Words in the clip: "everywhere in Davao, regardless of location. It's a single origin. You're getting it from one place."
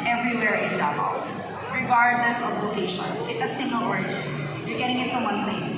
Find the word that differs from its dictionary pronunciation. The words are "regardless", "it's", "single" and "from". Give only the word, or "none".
regardless